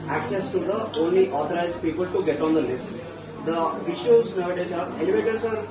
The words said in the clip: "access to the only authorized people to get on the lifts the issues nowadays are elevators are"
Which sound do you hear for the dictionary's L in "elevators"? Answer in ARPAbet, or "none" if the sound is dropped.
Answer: N